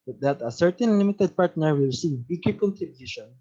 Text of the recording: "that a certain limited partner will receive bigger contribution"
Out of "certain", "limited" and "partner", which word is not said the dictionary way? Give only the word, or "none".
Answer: none